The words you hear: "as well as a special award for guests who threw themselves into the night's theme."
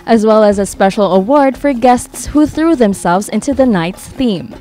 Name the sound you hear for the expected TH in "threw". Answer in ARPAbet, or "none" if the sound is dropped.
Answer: TH